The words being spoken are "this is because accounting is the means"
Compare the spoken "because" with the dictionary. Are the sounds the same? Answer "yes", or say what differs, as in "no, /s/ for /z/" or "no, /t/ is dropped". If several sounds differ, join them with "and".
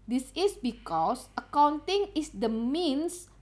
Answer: no, /s/ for /z/